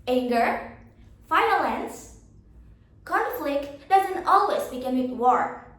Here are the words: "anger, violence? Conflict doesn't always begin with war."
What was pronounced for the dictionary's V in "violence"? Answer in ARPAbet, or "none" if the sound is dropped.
F